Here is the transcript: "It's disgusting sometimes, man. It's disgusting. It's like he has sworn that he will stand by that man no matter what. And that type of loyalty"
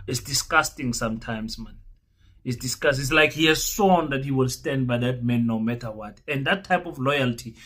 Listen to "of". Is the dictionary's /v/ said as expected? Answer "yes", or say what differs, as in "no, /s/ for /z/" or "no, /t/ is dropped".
no, /f/ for /v/